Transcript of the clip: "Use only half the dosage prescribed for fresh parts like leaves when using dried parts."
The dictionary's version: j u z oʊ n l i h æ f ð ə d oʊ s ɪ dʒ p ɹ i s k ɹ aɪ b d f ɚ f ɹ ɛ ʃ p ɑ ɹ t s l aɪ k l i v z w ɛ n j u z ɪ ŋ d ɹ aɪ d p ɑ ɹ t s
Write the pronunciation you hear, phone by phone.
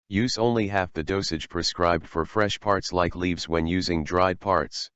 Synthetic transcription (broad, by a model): j u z oʊ n l i h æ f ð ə d oʊ s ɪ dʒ p ɹ i s k ɹ aɪ b d f ɚ f ɹ ɛ ʃ p ɑ ɹ t s l aɪ k l i v z w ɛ n j u z ɪ ŋ d ɹ aɪ d p ɑ ɹ t s